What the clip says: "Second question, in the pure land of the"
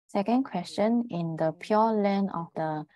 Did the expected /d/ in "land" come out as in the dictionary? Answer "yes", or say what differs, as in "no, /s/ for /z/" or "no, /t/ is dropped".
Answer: no, /d/ is dropped